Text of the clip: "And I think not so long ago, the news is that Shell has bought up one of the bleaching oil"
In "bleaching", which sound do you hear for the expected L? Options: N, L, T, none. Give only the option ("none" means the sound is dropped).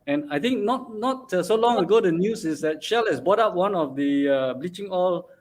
L